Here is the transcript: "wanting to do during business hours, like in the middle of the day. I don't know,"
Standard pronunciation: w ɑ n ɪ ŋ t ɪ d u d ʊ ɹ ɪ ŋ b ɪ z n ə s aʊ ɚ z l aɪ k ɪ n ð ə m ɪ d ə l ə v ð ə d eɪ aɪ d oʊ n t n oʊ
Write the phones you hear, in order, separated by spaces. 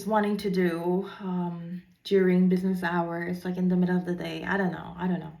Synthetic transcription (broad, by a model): w ɑ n ɪ ŋ t ɪ d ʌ d ʊ ɹ ɪ ŋ b ɪ z n ə s aʊ ɚ z l aɪ k ɪ n ð ə m ɪ d l ə v ð ə d eɪ aɪ d oʊ n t n oʊ